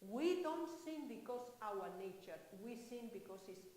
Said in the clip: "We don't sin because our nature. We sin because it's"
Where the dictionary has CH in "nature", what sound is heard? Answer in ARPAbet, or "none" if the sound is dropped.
CH